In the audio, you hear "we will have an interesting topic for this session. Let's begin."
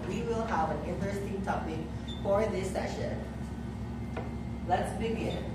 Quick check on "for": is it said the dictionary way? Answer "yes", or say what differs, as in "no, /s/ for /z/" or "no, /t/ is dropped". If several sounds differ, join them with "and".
yes